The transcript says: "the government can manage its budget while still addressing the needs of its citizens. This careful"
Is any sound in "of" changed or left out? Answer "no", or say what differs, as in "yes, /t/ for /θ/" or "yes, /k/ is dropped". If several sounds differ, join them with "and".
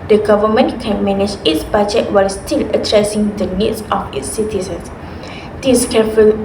yes, /f/ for /v/